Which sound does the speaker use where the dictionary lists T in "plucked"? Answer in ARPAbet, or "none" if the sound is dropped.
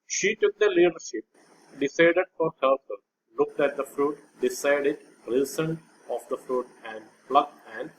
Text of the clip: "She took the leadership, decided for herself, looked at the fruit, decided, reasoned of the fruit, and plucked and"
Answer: none